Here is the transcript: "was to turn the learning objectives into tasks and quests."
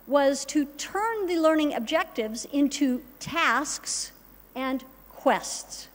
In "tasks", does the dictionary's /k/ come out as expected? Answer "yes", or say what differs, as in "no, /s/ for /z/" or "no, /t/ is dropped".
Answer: yes